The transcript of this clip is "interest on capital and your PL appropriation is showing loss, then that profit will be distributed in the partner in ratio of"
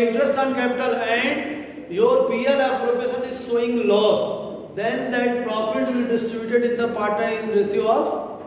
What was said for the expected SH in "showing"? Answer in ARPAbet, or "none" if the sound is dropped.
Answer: S